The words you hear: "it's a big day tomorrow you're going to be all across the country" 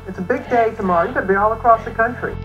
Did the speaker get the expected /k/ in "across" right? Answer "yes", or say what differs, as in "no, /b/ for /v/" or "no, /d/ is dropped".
yes